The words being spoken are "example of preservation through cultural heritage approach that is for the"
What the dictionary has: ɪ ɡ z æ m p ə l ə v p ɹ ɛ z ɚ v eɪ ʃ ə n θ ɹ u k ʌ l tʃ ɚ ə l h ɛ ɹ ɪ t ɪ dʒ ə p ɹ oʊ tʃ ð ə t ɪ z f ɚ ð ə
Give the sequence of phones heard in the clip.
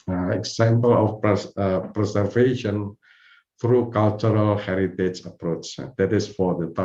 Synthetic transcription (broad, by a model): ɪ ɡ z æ m p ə l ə f p ɹ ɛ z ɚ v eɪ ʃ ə n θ ɹ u k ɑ l tʃ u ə l h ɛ ɹ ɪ t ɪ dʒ ə p ɹ oʊ tʃ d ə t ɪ s f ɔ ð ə